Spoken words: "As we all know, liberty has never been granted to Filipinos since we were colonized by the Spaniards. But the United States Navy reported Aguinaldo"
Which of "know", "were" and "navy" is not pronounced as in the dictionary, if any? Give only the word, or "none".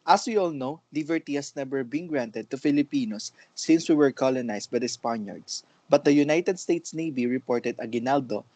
navy